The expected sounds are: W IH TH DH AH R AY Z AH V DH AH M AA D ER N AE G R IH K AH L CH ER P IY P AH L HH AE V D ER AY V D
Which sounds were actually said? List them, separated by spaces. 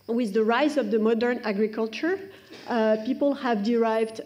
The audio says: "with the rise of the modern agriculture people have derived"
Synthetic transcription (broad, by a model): W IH DH AH R AY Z AH V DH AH M AA D ER N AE G R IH K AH L CH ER P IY P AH L HH AE V D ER AY V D